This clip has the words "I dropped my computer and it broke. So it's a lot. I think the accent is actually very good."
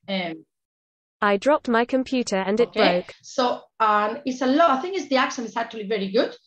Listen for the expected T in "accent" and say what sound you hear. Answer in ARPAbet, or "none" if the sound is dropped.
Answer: none